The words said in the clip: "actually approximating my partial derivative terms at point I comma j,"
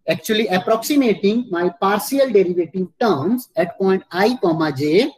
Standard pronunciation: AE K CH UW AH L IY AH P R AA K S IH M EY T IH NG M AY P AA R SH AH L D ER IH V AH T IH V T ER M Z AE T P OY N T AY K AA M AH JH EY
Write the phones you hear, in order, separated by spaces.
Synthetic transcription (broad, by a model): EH K CH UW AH L IY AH P R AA K S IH M EY T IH NG M AY P AA R S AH L D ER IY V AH T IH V T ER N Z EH T P OY N T AY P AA M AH JH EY